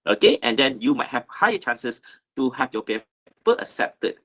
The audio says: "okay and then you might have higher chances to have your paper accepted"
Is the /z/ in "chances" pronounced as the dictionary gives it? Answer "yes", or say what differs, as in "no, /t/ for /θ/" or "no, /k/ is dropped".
no, /s/ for /z/